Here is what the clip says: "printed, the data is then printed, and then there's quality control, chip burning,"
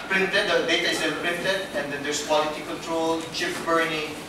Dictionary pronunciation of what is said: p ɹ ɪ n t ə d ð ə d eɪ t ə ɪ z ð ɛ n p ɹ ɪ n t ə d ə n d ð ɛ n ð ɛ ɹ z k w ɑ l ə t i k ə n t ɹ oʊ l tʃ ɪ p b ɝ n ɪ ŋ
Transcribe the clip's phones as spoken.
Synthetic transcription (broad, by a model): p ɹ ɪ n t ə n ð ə d eɪ t ə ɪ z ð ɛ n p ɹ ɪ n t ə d ə n d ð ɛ n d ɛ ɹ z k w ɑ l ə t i k ə n t ɹ oʊ l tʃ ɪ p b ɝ n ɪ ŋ